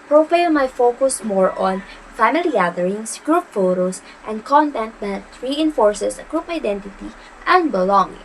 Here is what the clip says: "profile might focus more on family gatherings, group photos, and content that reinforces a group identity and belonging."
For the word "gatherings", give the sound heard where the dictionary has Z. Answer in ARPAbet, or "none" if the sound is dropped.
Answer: S